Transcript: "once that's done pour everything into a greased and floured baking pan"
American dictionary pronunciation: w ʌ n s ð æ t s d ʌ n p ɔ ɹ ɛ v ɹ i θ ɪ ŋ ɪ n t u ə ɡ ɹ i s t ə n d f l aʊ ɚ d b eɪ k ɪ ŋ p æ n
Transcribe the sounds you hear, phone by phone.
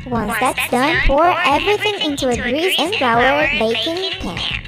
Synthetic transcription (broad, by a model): w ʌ n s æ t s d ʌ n f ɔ ɹ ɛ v ɹ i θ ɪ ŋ ɪ n t u ə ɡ ɹ i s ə n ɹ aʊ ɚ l b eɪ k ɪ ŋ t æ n